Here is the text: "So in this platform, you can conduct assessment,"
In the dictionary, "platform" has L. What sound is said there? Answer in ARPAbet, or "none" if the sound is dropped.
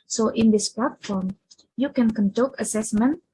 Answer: L